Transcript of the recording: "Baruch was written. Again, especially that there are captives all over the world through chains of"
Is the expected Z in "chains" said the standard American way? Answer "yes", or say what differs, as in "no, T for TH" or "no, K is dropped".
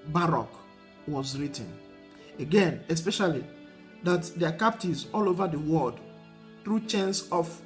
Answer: no, S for Z